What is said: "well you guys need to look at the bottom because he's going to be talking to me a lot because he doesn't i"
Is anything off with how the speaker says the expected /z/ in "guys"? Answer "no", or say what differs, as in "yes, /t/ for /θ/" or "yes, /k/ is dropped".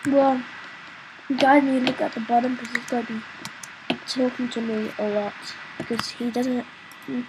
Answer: yes, /z/ is dropped